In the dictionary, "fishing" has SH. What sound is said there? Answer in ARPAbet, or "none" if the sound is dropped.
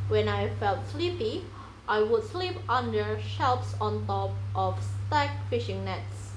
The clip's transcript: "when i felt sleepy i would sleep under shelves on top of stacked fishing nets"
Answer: SH